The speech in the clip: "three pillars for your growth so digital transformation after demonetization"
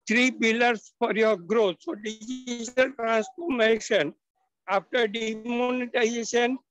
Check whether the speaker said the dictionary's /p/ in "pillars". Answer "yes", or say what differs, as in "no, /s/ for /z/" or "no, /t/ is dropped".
no, /b/ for /p/